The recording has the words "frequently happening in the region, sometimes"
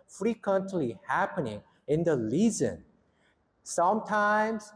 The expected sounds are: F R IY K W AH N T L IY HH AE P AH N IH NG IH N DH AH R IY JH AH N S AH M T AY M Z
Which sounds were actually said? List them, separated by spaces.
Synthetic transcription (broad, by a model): F R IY K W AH N T L IY HH AE P AH N IH NG IH N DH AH L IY Z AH N S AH M T AY M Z